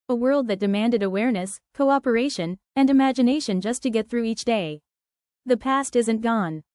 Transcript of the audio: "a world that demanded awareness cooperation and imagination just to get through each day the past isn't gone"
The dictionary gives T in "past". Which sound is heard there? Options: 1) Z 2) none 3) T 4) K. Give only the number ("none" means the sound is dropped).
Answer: 3